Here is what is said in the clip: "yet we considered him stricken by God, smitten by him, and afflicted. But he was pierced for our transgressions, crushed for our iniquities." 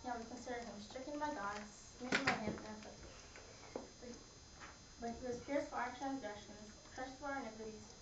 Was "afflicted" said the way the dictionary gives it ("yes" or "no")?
no